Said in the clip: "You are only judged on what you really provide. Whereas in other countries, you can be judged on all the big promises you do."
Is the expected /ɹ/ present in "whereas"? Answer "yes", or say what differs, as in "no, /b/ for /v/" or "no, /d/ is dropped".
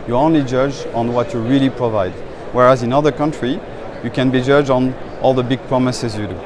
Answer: yes